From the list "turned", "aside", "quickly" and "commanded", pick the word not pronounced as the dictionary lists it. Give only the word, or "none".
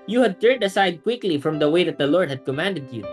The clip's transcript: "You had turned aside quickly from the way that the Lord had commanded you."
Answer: none